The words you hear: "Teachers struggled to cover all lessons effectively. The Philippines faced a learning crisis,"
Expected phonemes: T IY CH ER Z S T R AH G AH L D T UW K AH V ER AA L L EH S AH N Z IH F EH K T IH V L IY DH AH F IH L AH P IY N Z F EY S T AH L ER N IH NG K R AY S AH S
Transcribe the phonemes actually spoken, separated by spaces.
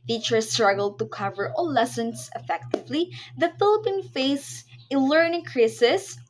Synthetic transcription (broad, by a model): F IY CH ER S T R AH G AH L D T UW K AH V ER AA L L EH S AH N S IH F EH K T IH V L IY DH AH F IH L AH P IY N F EY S AH L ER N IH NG K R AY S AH S